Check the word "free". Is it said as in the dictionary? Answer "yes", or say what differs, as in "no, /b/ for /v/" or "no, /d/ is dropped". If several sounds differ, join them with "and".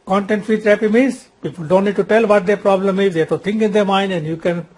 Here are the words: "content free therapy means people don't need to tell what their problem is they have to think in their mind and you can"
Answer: no, /ɹ/ is dropped